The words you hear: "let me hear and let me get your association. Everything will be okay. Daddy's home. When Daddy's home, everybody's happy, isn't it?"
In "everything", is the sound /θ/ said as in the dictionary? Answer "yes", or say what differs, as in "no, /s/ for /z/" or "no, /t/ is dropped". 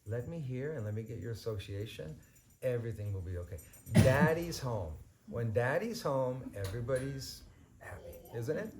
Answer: yes